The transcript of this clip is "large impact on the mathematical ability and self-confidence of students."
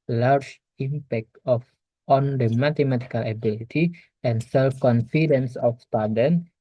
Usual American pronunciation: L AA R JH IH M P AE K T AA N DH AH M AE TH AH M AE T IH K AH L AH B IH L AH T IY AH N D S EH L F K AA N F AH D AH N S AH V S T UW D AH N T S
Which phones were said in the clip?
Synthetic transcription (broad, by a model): L AA R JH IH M P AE K T AA N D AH M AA T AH M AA T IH K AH L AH B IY L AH T IY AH N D S EH L F K AA N F AH D AH N S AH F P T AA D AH N